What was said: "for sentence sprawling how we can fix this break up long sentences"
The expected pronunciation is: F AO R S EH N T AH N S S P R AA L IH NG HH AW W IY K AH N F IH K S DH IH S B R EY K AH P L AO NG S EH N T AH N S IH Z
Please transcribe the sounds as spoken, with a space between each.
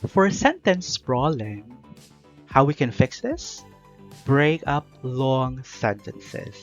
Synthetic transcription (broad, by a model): F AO R S EH N T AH N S S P R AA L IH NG HH AW W IY K AH N F IH K S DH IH S B R EY K AH P L AO NG S EH N T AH N S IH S